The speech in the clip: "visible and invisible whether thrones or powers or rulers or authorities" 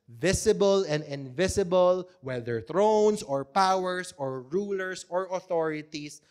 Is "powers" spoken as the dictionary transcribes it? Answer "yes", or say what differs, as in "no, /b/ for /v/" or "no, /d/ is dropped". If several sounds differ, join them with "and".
no, /s/ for /z/